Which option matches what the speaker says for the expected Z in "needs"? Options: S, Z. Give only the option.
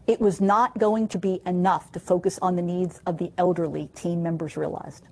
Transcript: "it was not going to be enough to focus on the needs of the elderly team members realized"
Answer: Z